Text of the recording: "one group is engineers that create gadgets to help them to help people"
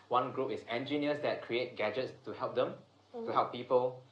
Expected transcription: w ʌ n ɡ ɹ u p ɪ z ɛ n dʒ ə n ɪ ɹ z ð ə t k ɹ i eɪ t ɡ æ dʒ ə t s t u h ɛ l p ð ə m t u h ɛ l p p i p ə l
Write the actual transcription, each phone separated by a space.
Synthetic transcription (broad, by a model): w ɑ n ɡ ɹ u p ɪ s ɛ n dʒ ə n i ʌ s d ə t k ɹ i eɪ t ɡ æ dʒ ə t s t u h ɛ l p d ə m t u h ɛ l p p i p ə l